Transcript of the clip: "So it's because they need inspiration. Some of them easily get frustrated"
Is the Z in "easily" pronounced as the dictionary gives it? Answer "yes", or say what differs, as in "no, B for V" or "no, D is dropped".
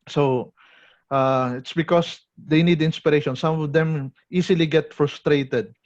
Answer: no, S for Z